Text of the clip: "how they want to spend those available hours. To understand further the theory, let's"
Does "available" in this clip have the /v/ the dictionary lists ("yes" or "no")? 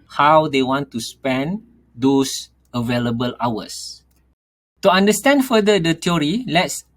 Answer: yes